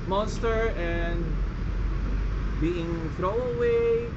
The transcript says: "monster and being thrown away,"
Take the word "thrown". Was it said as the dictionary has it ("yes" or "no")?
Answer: no